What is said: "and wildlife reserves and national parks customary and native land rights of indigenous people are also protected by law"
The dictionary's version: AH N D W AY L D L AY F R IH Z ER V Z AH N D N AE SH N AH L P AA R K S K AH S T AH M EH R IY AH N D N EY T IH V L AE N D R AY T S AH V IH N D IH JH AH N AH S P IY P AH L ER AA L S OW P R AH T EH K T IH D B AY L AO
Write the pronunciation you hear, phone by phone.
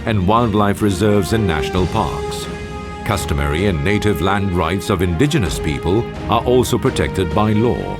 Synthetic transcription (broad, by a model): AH N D W AY L D L AY F R IH Z ER V Z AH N N AE SH N AH L P AA R K S K AH S T AH M EH R IY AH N N EY T IH V L AE N D R AY T S AH V IH N D IH JH AH N AH S P IY P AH L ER AA L S OW P R AH T EH K T IH D B AY L AO